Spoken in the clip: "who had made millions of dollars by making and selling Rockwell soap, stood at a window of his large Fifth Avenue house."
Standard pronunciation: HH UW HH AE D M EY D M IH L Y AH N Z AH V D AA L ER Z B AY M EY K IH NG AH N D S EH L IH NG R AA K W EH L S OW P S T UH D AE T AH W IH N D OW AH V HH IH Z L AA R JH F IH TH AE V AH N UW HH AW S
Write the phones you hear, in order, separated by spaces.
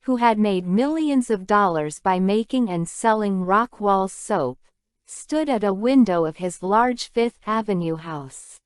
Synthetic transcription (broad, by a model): HH UW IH D M EY D M IH L Y AH N Z AH V D AA L ER Z B AY M EY K IH NG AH N S EH L IH NG R AA K W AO L S OW P S T UH D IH T AH W IH N D OW AH V IH Z L AA R JH F IH TH AE V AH N UW HH AW S